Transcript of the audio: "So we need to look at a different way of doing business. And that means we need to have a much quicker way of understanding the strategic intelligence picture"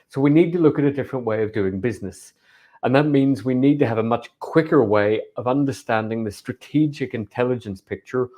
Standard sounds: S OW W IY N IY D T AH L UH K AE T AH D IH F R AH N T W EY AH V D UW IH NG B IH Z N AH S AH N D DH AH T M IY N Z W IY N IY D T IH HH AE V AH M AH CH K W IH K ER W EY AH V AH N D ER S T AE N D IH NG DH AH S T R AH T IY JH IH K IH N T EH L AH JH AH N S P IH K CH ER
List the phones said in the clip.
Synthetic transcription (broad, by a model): S OW W IY N IY D T AH L UH K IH T AH D IH F R AH N T W EY AH V D UW IH NG B IH Z N AH S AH N DH AH T M IY N Z W IY N IY D T IH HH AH V AH M AH CH K W IH K ER W EY AH V AH N D ER S T AE N D IH NG DH AH S T R AH T IY JH IH K IH N T EH L AH JH AH N S P IH K CH ER